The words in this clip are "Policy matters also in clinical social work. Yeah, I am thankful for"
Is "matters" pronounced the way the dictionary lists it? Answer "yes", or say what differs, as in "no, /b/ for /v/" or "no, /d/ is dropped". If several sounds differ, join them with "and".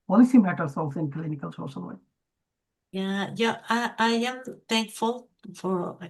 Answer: no, /s/ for /z/